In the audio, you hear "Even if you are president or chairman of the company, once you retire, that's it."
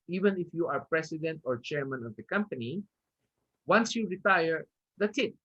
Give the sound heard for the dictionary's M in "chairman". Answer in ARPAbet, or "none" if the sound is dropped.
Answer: M